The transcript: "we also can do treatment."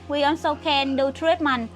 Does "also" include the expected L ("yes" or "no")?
no